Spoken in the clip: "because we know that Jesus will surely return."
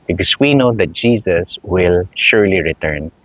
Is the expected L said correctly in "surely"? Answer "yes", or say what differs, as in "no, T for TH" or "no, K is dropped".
yes